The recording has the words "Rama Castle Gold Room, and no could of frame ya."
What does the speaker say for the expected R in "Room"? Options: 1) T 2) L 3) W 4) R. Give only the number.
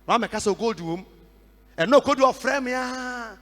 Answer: 3